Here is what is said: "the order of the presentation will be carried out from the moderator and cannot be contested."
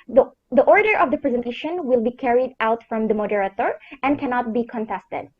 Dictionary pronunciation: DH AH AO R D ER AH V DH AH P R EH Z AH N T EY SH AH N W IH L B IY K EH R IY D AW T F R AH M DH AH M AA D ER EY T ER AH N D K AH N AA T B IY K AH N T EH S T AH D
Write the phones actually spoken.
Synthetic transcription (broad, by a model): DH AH AO R D ER AH V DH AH P R EH Z AH N T EY SH AH N W IH L B IY K EH R IY D AW T F R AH M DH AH M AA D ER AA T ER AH N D K AH N AA T B IY K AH N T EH S T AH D